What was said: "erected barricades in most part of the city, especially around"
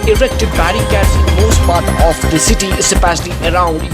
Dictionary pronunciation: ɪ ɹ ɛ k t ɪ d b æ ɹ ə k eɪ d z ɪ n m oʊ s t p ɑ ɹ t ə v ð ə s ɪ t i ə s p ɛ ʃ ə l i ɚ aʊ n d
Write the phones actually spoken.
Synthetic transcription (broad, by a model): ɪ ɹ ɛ k t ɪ d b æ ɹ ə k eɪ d s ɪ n m oʊ s t p ɑ ɹ t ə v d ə s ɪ t i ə p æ s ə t i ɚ aʊ n d